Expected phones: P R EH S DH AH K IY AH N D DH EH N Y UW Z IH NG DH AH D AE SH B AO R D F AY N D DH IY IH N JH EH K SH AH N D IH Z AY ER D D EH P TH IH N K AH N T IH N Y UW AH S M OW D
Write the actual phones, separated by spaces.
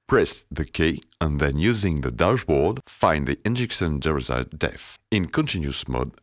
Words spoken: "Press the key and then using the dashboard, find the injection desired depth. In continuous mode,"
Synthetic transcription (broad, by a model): P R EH S DH AH K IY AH N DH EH N Y UW Z IH NG DH AH D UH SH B AO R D F AY N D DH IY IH N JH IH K S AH N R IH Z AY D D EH TH IH N K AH N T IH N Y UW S M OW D